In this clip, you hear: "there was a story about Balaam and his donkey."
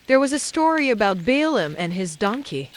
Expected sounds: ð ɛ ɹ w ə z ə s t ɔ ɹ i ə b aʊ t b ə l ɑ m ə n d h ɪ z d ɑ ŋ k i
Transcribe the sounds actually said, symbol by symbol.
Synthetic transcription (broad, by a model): ð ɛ ɹ w ə z ə s t ɔ ɹ i ə b aʊ t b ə l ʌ m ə n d ɪ z d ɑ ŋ k i